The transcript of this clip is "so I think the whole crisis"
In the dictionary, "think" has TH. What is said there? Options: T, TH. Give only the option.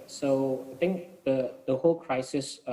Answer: T